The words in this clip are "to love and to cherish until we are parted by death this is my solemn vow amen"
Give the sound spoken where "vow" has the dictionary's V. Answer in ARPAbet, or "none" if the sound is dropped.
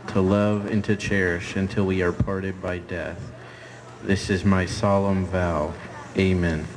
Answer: V